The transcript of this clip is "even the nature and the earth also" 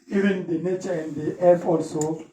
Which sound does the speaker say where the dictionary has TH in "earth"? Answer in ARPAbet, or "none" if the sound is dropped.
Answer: F